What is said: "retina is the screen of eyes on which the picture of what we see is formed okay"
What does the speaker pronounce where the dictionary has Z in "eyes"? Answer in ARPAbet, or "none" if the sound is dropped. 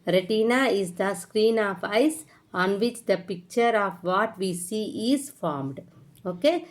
S